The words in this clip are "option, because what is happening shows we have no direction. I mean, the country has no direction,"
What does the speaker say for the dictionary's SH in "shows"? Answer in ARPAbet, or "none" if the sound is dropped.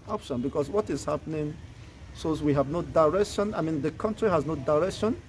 S